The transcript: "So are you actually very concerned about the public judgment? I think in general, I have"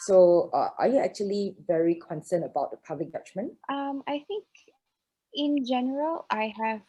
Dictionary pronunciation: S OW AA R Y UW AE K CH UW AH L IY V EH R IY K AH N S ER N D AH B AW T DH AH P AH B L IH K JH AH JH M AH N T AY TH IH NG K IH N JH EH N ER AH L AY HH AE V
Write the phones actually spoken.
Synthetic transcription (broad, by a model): S OW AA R Y UW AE K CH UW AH L IY V EH R IY K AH N S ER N AH B AW T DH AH P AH B L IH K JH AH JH M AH N T AY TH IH NG K IH N JH EH N ER AH L AY HH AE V